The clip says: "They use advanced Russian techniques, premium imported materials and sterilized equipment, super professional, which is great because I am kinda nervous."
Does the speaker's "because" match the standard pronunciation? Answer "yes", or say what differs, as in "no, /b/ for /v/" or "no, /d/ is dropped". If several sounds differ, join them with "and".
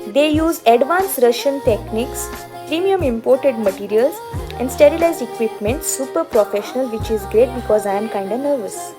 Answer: yes